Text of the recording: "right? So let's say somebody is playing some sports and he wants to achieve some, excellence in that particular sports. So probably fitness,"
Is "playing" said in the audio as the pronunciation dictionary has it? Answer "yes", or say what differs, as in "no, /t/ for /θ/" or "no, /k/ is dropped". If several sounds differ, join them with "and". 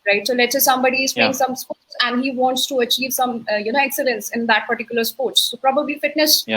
no, /l/ is dropped